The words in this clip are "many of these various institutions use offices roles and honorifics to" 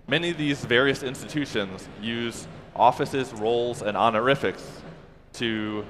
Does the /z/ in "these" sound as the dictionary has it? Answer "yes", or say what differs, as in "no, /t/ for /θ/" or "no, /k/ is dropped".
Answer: yes